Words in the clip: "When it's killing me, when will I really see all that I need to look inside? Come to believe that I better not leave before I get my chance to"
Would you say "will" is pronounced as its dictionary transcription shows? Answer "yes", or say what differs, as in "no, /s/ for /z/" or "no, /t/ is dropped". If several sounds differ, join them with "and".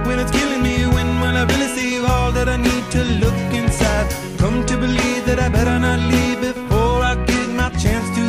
no, /n/ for /l/